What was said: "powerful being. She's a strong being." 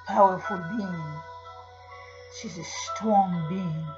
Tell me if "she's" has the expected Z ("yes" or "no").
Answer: yes